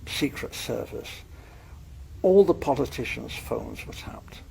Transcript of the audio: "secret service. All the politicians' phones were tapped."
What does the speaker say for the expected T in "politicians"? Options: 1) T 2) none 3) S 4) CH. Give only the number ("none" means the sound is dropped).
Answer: 1